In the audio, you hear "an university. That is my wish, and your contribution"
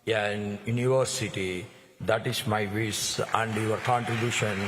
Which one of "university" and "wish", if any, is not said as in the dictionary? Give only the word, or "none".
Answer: wish